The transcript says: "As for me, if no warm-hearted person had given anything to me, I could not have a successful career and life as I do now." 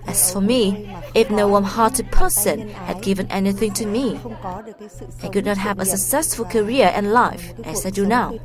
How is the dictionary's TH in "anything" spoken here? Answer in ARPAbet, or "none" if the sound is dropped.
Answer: TH